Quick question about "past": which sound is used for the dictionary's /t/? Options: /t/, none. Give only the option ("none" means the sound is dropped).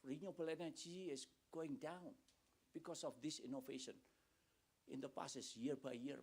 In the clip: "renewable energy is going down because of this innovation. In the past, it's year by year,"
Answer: none